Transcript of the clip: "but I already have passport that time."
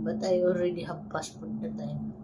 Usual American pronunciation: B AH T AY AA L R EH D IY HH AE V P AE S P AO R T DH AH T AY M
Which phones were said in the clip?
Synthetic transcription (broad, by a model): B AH T AY AA L R EH D IY HH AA B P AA S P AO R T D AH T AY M